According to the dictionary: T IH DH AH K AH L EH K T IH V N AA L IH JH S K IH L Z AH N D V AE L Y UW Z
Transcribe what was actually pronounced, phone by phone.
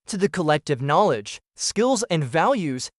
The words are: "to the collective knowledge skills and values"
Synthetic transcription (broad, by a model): T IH DH AH K AH L EH K T IH V N AA L IH JH S K IH L Z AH N V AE L Y UW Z